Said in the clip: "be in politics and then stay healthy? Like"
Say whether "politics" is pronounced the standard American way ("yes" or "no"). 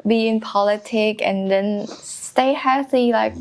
no